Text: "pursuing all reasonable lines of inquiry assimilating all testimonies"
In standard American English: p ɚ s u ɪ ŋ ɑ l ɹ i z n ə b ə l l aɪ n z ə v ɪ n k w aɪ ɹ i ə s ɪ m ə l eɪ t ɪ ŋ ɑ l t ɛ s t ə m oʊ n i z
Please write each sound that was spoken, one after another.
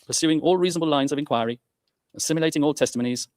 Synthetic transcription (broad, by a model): p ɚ s u ɪ ŋ ɑ l ɹ i z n ə b ə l l aɪ n z ə v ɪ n k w aɪ ɹ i ə s ɪ m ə l eɪ t ɪ ŋ ɑ l t ɛ s t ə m oʊ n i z